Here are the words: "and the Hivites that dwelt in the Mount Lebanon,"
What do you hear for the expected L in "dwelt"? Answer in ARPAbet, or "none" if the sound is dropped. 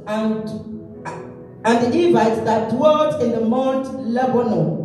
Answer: none